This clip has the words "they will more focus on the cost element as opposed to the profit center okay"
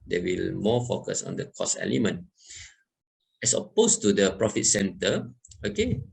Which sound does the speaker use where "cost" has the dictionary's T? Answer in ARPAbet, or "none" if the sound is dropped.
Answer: none